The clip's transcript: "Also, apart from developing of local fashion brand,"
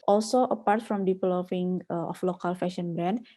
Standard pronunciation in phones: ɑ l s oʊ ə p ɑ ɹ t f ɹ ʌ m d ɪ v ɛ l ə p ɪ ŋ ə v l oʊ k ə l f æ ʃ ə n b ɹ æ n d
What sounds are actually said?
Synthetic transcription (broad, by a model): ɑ l s oʊ ə p ɑ ɹ t f ɹ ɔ m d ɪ p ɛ l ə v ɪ ŋ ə f l oʊ k ə l f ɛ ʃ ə n b ɹ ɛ n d